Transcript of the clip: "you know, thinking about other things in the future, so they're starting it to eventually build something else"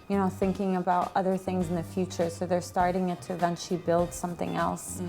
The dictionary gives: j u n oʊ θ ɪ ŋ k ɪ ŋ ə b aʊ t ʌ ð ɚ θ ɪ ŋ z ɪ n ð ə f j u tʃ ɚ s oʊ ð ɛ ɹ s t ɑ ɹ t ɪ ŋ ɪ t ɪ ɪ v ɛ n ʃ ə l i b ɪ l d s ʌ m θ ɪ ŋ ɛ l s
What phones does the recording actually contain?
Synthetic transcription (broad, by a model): j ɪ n oʊ θ ɪ ŋ k ɪ ŋ ə b aʊ t ʌ ð ɚ θ ɪ ŋ z n ð ə f j u tʃ ɚ s oʊ ð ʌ ɹ s t ɑ ɹ t ɪ ŋ ɪ t ɪ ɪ v ɛ n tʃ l i b ɪ l d s ʌ m θ ɪ ŋ ɛ l s